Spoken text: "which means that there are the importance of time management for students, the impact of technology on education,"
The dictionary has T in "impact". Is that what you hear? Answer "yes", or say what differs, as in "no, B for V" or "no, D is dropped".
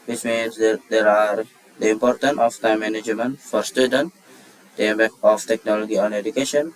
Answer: no, T is dropped